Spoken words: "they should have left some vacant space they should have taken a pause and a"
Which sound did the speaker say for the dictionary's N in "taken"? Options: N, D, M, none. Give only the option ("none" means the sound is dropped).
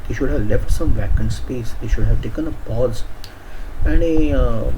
N